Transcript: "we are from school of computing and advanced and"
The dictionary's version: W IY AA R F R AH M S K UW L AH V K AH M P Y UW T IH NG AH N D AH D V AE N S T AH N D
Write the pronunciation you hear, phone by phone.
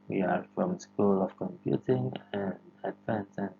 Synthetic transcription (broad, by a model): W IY AA R F R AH M S K UW L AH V K AH M P Y UW T IH NG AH N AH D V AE N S AH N